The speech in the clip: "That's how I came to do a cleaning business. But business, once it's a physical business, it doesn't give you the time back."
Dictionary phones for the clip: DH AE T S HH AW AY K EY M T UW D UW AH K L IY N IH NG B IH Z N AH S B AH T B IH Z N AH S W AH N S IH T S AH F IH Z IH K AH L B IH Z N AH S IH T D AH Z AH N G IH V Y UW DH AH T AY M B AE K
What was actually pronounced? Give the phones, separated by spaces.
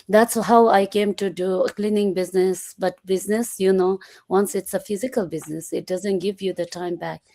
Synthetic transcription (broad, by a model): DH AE T S HH AW AY K EY M T UW D UW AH K L IY N IH NG B IH Z N AH S B AH T B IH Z N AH S W AH N S IH T S AH F IH Z IH K AH L B IH Z N AH S IH T D AH Z AH N G IH V Y UW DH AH T AY M B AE K